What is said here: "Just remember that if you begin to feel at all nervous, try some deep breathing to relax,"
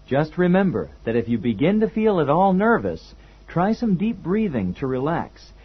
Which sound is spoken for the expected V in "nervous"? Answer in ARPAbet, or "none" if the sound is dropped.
V